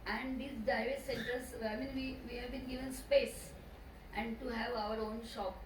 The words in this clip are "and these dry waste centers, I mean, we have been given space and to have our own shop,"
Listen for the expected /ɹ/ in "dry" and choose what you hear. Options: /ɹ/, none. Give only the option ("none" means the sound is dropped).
none